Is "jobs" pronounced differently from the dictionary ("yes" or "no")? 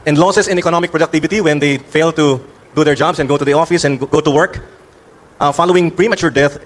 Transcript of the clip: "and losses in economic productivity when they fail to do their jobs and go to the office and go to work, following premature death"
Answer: yes